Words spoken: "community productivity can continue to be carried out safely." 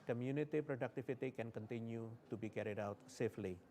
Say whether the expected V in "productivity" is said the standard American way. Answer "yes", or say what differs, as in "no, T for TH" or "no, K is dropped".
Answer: no, F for V